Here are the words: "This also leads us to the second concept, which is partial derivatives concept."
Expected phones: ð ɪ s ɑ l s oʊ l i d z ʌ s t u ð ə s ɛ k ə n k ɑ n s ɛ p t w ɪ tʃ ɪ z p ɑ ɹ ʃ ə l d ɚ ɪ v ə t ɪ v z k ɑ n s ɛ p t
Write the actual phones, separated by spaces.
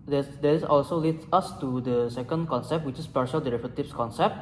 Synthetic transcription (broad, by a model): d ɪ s ɑ l s oʊ l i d s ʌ s t u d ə s ɛ k ə n k ɑ n s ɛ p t w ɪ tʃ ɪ s p ɑ ɹ ʃ ə l d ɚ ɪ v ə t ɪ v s k ɑ n s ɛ p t